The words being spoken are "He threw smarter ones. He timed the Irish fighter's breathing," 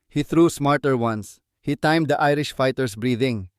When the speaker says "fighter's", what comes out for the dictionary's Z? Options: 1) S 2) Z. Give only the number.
1